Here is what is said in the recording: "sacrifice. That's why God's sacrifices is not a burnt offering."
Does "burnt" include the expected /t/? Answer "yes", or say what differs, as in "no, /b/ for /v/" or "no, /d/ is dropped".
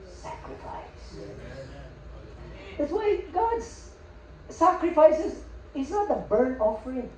no, /t/ is dropped